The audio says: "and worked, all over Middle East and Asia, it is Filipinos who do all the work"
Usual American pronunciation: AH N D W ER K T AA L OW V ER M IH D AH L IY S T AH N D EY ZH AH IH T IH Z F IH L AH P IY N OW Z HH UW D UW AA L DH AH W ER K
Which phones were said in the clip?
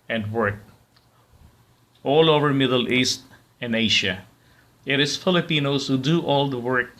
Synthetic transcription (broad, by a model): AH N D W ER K AA L OW V ER M IH D AH L IY S T AH N D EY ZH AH IH T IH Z F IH L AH P IY N OW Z HH UW D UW AA L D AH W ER K